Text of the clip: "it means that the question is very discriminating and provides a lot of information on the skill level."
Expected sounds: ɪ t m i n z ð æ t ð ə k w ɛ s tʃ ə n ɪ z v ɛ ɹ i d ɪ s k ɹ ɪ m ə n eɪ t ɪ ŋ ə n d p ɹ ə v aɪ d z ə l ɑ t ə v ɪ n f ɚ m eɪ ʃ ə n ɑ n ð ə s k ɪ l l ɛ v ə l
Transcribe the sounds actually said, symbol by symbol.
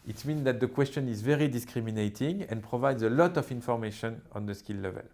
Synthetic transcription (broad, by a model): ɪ t m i n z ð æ t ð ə k w ɛ s tʃ ə n ɪ z v ɛ ɹ i d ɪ s k ɹ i m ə n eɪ t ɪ ŋ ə n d p ɹ ə v aɪ d z ə l ɑ t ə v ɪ n f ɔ m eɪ ʃ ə n ɑ n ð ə s k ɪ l l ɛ v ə l